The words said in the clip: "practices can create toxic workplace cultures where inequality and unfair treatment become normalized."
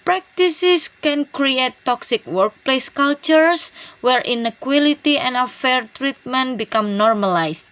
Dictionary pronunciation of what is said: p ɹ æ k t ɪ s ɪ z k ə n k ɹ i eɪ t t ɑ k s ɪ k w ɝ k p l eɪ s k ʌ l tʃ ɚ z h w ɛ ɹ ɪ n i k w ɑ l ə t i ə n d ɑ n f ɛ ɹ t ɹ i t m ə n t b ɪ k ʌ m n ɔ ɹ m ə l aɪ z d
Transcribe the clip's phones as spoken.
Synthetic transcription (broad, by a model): p ɹ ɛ k t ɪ s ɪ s k ə n k ɹ i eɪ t t ɑ k s ɪ k w ɝ k p l eɪ s k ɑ l tʃ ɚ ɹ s w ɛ ɹ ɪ n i k w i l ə t i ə n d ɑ f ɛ ɹ t ɹ i t m ə n t b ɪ k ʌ m n ɔ ɹ m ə l aɪ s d